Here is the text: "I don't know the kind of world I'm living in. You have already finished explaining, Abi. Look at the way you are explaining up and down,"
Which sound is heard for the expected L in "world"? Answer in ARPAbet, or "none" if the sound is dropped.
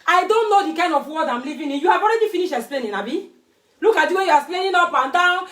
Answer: none